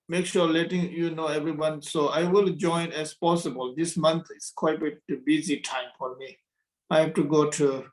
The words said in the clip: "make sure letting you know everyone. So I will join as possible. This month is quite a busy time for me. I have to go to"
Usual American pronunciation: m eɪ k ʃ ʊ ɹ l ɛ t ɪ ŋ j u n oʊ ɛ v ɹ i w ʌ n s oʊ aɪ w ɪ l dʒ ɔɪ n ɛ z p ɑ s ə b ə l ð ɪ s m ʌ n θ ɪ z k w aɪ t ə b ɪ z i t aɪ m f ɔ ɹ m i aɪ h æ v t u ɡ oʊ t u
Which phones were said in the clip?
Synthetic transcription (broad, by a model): m eɪ k ʃ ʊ ɹ l ɛ t ɪ ŋ j u n oʊ ɛ v ɹ i w ʌ n s oʊ aɪ w ɪ l dʒ ɔɪ n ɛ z p ɑ s ə b ə l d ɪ s m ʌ n t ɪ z k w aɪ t ə b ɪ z i t aɪ m f ɔ ɹ m i aɪ h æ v t u ɡ oʊ t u